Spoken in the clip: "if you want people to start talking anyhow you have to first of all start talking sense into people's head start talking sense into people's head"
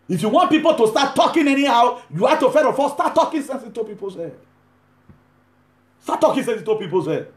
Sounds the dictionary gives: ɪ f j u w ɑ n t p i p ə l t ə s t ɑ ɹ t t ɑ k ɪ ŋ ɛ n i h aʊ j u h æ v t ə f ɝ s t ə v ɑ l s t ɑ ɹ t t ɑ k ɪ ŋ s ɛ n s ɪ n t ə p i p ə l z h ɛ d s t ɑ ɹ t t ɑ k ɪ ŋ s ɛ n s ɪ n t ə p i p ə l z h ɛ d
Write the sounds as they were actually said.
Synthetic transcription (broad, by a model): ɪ f j u w ɑ n t p i p ə l t ə s t ɑ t t ɑ k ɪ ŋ ɛ n i h aʊ j u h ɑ t ə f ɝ t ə f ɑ s t ɑ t t ɑ k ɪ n s ɛ n s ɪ t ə p i p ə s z h ɛ d s t ɑ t t ɑ k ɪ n s ɛ n s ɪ t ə p i p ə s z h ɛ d